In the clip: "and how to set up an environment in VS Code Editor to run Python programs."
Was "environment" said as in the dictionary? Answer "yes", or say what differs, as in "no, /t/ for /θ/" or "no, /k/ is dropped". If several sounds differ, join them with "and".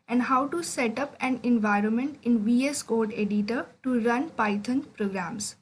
yes